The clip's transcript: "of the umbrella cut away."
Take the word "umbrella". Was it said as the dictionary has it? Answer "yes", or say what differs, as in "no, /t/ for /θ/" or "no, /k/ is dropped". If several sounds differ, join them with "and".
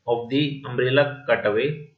no, /b/ is dropped